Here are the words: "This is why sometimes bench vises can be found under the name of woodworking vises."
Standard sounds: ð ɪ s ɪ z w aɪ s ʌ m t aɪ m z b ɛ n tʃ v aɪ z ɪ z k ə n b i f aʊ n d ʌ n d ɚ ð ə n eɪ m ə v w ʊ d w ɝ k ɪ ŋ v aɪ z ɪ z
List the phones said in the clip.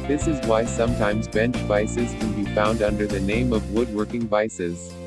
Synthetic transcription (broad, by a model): ð ɪ s ɪ z w aɪ s ʌ m t aɪ m z b ɛ n tʃ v aɪ s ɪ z k ə n b i f aʊ n d ʌ n d ɚ ð ə n eɪ m ə v w ʊ d w ɝ k ɪ ŋ v aɪ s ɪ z